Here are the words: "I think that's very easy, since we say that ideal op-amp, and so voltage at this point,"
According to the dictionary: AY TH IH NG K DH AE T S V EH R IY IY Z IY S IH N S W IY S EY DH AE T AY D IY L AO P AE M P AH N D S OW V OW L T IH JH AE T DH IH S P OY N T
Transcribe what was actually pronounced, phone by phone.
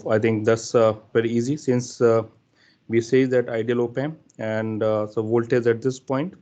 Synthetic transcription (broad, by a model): AY T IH NG K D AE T S V EH R IY IY Z IY S IH N S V IY S EY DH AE T AY D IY L AO P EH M AH N D S OW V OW L T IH Z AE T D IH S P OY N T